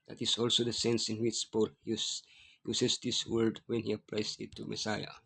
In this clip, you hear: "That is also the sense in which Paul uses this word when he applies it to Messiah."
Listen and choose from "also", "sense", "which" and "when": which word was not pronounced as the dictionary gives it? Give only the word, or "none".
none